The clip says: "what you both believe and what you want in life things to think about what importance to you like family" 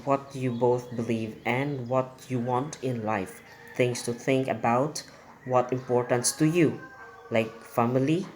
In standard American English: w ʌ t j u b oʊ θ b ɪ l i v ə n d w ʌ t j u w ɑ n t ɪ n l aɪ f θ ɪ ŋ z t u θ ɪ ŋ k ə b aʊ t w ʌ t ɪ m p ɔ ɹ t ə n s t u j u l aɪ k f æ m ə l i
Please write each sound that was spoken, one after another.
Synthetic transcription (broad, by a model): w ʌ t j u b oʊ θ b ɪ l i v ə n d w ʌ t j u w ɑ n t ɪ n l aɪ f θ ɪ ŋ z t u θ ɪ ŋ k ə b aʊ t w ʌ t ɪ m p ɔ ɹ t ə n s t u j u l aɪ k f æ m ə l i